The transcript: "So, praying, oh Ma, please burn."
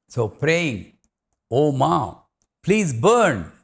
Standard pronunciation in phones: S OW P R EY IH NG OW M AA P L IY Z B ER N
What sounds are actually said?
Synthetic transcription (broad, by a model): S OW P R EY IH NG OW M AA P L IY Z B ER N